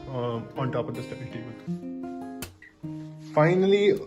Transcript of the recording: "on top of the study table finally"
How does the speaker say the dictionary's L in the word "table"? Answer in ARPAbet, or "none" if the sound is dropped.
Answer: N